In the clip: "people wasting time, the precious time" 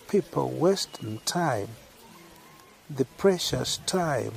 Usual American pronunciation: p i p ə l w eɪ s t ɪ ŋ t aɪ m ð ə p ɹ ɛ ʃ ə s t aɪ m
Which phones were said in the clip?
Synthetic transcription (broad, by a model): p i p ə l w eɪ s t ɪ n t aɪ m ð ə p ɹ ɛ ʃ ə s t aɪ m